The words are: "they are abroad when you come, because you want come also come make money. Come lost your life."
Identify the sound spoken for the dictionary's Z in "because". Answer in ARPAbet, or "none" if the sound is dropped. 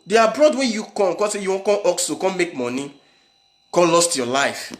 none